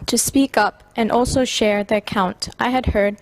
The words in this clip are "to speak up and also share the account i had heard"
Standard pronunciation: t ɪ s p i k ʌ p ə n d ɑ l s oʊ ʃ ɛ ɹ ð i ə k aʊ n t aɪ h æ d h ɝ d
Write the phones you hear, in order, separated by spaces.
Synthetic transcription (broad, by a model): t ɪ s p i k ʌ p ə n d ɑ l s oʊ ʃ ɛ ɹ ð i ə k aʊ n t aɪ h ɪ d h ɝ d